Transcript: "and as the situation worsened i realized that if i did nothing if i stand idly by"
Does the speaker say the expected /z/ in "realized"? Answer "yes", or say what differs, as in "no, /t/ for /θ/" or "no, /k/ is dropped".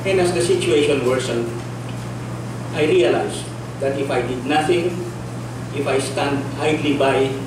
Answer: no, /s/ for /z/